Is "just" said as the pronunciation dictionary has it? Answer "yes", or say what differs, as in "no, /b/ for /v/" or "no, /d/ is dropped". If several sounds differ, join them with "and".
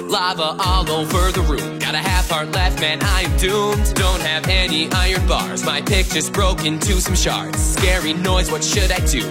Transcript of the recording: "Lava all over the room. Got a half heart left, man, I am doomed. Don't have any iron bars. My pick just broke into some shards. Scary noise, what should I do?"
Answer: no, /tʃ/ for /dʒ/